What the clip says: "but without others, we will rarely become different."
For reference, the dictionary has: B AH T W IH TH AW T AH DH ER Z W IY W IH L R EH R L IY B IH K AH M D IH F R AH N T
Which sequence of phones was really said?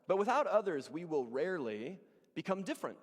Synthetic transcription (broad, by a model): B AH T W IH TH AW T AH DH ER Z W IY W IH L R EH R L IY B IH K AH M D IH F R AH N T